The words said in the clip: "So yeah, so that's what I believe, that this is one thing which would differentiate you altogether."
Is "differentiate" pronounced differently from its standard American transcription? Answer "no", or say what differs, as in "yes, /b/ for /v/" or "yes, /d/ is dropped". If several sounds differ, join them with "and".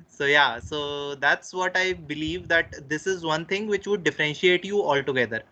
no